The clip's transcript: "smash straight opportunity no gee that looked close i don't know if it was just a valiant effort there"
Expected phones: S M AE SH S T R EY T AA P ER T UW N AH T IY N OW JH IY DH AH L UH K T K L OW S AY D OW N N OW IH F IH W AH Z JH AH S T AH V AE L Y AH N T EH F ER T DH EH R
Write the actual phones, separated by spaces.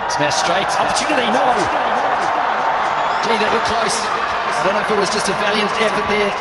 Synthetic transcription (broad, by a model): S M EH S T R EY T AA P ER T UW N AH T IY N OW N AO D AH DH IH T K L OW S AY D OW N N OW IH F IH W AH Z JH AH S T AH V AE L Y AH N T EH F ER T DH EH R